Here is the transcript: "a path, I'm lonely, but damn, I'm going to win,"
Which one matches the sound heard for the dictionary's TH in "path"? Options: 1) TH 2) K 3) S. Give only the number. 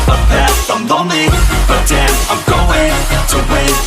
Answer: 3